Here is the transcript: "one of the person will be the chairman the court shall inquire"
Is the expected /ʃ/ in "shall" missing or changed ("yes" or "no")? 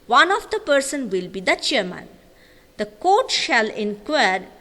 no